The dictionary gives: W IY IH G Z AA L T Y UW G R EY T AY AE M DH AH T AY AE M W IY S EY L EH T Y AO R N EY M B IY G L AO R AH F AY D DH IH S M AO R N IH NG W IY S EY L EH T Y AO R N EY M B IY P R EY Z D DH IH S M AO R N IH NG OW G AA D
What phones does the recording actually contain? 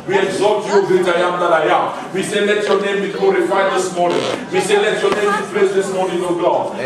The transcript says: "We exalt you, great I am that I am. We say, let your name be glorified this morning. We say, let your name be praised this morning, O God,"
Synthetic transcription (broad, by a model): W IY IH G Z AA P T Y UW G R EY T AY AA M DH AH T AY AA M W IY S EY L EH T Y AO N EY M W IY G L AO R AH F AY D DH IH S M AO N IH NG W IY S EY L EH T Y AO N EY M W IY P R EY S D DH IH S M AO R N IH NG OW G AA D